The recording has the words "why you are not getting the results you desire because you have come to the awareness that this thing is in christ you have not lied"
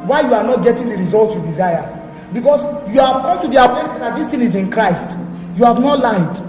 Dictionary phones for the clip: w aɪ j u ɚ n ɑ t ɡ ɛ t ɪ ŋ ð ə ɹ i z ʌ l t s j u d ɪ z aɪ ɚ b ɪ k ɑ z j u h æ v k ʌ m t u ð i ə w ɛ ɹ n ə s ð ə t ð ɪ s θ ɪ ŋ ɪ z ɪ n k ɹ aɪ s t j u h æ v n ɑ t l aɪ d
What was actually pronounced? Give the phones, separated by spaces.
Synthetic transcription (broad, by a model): w aɪ j u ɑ n ɑ t ɡ ɛ t ɪ ŋ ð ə ɹ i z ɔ l t j u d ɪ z aɪ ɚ b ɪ k ɑ s j u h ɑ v k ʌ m t u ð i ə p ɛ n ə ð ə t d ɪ s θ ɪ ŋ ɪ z ɪ n k ɹ aɪ s t j u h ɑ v n ɑ t l aɪ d